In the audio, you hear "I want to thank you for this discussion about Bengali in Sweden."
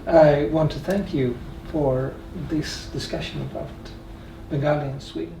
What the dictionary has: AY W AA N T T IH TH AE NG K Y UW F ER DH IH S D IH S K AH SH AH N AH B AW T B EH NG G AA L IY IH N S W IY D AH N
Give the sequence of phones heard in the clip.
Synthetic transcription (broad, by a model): AY W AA N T T IH TH AE NG K Y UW F ER DH IH S D IH S K AH SH AH N AH B AW T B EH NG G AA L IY IH N S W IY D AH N